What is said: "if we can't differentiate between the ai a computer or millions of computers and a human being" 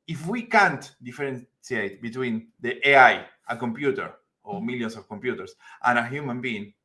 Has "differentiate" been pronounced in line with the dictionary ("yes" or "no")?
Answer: no